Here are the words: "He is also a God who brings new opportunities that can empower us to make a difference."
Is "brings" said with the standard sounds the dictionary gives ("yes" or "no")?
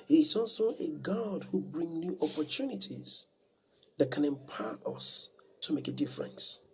no